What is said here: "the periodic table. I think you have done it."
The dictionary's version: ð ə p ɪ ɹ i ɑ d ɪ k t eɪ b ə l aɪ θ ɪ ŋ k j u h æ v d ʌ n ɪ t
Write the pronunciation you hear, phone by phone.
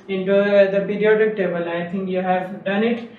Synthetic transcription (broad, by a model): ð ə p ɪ ɹ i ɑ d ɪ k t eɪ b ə l aɪ t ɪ ŋ k j u h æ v d ʌ n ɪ t